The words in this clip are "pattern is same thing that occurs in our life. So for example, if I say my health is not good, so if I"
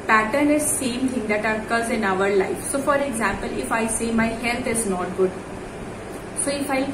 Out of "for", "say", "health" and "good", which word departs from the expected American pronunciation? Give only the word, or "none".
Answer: health